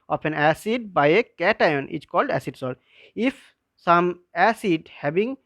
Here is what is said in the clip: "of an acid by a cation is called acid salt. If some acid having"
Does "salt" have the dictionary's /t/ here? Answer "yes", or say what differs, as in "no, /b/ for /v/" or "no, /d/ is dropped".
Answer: no, /t/ is dropped